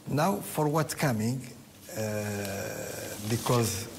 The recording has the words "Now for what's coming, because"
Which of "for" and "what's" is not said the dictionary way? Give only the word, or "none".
what's